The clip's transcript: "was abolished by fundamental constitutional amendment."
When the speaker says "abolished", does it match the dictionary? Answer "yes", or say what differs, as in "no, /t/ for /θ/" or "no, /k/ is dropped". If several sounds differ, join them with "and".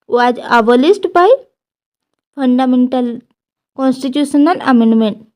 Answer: no, /s/ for /ʃ/